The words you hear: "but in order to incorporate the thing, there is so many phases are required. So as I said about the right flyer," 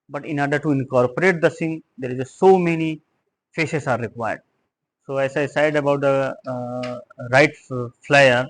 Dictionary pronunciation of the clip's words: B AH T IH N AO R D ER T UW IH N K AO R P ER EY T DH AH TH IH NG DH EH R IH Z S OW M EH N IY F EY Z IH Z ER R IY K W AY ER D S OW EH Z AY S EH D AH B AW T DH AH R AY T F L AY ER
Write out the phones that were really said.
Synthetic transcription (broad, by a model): B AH T IH N AO R D ER T UW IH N K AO R P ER EY T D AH S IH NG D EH R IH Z S OW M EH N IY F EY S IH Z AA R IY K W AY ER D S OW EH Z AY S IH D AH B AW T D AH R AY T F L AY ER